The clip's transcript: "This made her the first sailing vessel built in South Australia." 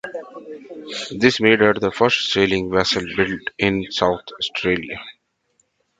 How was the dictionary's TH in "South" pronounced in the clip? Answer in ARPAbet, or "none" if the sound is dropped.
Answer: T